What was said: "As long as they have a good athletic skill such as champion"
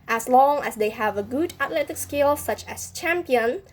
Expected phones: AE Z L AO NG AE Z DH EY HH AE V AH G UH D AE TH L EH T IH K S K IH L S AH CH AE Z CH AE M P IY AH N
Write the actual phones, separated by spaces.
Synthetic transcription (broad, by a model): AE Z L AO NG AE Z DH EY HH AE V AH G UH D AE T L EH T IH K S K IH L S AH CH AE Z CH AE M P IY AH N